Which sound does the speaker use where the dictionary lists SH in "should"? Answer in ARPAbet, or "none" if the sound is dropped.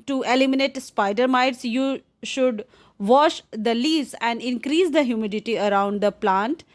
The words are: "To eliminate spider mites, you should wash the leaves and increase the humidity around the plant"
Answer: SH